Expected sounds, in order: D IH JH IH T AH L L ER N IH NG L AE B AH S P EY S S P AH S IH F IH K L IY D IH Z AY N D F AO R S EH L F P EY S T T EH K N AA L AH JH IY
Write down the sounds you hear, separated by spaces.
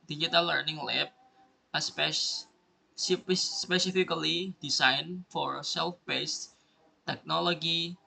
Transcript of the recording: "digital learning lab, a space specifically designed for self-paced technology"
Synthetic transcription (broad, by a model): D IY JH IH T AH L L ER N IH NG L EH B AH S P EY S S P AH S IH F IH K L IY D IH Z AY N F AO R S EH L F B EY S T T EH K N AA L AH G IY